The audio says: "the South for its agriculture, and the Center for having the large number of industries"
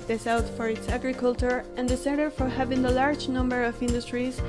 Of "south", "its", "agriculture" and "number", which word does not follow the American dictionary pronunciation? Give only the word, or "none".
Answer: south